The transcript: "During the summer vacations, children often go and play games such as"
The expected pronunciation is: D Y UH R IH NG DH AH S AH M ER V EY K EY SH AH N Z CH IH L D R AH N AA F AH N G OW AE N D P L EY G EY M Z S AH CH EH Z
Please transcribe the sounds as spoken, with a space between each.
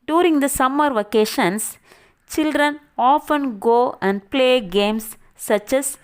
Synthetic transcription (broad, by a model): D Y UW R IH NG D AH S AH M ER V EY K EY SH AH N S CH IH L D R AH N AA F AH N G OW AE N D P L EY G EY M S AH CH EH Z